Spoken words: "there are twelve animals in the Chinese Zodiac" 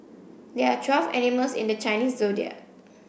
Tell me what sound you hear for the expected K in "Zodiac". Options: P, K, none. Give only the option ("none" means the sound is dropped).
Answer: none